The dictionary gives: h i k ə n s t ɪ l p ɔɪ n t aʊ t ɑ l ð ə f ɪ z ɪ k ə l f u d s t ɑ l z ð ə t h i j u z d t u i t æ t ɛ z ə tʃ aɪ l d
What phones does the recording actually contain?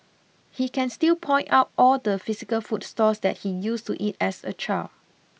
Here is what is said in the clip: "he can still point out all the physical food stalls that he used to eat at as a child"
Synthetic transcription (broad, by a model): h i k ə n s t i l p ɔɪ n t aʊ t ɑ l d ə f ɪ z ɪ k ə l f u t s t ɑ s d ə t h i j u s t u t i t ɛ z ə tʃ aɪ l